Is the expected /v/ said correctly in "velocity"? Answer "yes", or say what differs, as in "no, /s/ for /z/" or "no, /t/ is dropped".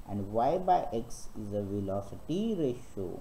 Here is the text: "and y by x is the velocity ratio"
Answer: yes